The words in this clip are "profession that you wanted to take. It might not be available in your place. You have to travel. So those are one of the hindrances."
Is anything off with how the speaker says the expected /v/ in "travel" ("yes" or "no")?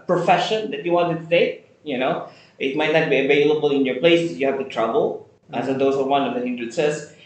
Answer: yes